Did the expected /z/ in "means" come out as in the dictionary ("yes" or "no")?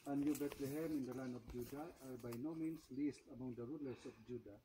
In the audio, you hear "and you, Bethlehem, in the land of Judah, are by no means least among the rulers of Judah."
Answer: no